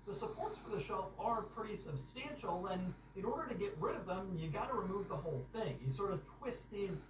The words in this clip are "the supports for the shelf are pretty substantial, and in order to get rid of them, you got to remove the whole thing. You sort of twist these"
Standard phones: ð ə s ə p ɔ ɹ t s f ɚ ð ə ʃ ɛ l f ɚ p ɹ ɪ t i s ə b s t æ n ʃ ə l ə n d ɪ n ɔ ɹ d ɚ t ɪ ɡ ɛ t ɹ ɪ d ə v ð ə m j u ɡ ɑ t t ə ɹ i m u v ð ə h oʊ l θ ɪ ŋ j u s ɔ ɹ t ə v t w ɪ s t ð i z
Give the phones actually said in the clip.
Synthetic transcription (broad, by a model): ð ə s ə p ɔ ɹ t s f ɚ ð ə ʃ ɛ l f ɚ p ɹ ɪ t i s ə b s t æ n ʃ l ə n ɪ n ɔ ɹ d ɚ t ɪ ɡ ɛ t ɹ ɪ d ə v ð ə m j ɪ ɡ ɑ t t ə ɹ i m u v ð ə h oʊ l θ ɪ ŋ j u s ɔ ɹ t ə v t w ɪ s t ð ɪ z